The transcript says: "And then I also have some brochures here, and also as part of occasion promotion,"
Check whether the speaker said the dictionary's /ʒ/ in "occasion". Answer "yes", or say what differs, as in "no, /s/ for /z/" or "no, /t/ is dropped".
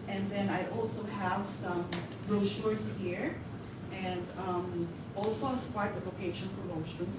no, /ʃ/ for /ʒ/